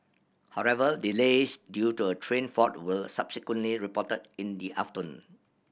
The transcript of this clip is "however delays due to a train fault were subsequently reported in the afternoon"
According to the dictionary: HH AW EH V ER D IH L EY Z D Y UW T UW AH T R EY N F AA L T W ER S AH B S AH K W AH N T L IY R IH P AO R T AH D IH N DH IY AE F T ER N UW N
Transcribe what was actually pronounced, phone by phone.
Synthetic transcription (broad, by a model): HH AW EH V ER D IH L EY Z D Y UW T UW AH T R EY N F AA T W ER S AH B S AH K W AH N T L IY R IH P AO T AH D IH N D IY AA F T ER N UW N